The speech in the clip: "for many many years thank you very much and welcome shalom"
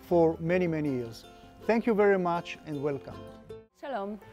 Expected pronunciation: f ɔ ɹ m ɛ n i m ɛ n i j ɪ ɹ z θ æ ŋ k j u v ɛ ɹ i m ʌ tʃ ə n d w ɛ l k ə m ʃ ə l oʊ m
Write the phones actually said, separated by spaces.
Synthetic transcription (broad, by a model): f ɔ ɹ m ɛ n i m ɛ n i j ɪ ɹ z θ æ ŋ k j u v ɛ ɹ i m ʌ tʃ ə n d w ɛ l k ə m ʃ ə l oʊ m